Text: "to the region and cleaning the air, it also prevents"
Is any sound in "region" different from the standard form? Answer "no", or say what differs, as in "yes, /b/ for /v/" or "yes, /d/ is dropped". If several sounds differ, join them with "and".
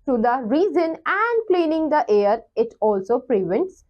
yes, /z/ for /dʒ/